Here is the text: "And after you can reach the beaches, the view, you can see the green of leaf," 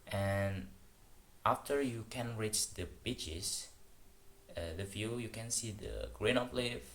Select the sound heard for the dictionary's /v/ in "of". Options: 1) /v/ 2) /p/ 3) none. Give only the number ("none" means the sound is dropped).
2